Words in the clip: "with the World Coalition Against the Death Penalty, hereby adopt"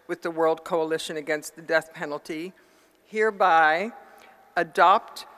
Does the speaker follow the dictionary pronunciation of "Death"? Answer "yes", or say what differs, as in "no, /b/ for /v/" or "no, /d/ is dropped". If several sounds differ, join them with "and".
yes